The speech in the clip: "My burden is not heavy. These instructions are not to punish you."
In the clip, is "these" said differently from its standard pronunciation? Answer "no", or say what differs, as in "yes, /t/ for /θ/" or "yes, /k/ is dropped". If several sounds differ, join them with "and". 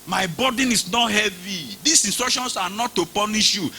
yes, /s/ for /z/